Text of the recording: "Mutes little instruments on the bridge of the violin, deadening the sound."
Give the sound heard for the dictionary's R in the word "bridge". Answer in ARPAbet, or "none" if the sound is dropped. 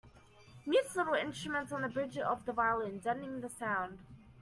R